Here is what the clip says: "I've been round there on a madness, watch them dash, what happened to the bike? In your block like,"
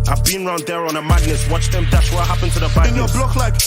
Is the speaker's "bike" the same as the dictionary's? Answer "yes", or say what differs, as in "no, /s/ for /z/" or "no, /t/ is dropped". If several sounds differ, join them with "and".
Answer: no, /k/ is dropped